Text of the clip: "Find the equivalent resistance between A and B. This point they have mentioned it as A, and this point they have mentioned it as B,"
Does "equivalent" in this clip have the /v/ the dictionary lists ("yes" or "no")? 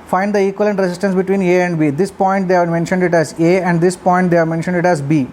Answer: no